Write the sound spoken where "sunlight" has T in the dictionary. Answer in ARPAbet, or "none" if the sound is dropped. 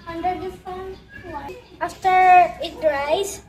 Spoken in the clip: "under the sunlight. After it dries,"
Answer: none